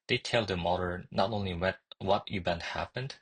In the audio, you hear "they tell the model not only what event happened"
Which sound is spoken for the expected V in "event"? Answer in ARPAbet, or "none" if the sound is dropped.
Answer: B